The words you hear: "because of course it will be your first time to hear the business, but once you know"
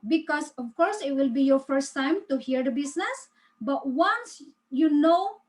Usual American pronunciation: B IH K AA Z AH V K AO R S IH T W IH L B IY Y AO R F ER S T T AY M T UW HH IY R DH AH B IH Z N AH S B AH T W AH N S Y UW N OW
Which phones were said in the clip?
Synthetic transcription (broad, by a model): B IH K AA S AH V K AO R S IH T W IH L B IY Y AO R F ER S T T AY M T UW HH IY R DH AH B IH S N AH S B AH T W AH N S Y UW N OW